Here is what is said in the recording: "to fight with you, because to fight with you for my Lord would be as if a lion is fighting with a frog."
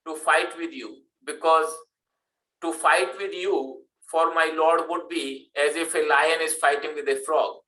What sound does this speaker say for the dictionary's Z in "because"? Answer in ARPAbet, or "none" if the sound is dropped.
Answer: Z